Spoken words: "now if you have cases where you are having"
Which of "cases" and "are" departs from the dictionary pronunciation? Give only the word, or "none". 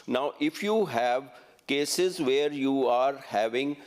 none